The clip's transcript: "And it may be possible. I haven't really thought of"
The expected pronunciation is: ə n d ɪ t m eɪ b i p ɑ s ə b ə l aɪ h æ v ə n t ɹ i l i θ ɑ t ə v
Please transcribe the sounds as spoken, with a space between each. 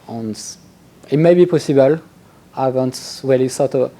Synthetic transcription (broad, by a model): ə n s ɪ t m eɪ b i p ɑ s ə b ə l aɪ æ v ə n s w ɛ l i s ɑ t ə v